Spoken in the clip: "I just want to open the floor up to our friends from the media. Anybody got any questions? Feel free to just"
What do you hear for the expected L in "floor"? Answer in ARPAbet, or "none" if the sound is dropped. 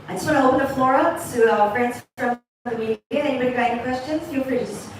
L